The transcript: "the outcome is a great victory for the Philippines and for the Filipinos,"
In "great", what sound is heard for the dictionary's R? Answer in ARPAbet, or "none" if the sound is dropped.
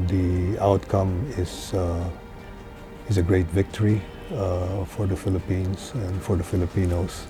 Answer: R